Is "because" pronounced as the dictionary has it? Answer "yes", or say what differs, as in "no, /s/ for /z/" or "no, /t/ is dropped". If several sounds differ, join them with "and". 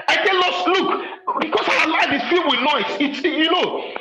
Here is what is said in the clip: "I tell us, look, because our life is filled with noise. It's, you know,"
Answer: no, /s/ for /z/